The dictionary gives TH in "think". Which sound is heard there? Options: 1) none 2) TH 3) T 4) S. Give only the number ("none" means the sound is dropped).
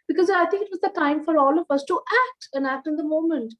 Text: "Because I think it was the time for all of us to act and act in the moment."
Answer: 3